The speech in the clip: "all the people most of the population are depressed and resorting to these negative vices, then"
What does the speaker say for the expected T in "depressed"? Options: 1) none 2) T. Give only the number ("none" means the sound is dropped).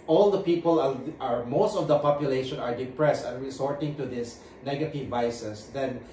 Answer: 2